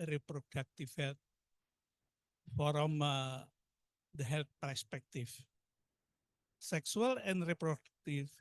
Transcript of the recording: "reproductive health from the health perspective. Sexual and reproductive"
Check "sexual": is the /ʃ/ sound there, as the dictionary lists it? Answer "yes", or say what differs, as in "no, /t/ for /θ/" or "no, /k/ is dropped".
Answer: no, /s/ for /ʃ/